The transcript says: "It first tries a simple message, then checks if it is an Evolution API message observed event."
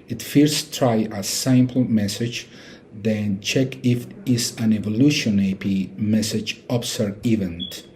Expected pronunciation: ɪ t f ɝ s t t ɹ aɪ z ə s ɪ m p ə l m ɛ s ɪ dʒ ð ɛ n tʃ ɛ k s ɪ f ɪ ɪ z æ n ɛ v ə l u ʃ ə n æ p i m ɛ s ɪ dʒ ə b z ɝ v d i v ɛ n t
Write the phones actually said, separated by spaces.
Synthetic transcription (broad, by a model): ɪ t f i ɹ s t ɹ aɪ ə s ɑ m p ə l m ɛ s ɪ dʒ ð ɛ n tʃ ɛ k ɪ f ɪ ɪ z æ n ɛ v ə l u ʃ ə n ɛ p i m ɛ s ɪ dʒ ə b s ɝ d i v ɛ n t